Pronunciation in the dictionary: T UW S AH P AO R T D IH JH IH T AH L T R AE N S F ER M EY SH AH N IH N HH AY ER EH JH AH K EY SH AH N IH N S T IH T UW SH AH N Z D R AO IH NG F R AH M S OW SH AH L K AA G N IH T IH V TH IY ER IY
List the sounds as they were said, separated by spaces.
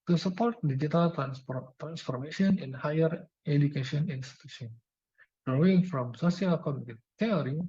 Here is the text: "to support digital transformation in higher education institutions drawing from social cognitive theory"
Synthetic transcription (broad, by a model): T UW S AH P AO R T D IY JH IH T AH L T R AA N S F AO M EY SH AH N IH N HH AY ER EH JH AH K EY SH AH N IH N S T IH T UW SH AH N D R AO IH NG F R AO M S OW S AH K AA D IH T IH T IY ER IY